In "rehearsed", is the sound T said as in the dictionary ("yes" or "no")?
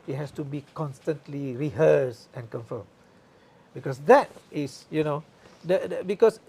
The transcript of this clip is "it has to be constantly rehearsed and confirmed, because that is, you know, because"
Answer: no